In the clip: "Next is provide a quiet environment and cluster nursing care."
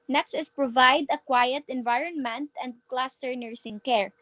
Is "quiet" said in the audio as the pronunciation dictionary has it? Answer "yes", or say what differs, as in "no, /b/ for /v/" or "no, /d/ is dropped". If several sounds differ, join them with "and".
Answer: yes